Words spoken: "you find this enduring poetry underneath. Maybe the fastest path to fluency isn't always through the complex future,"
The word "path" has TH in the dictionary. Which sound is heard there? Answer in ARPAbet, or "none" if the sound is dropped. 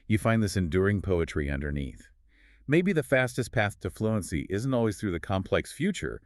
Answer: TH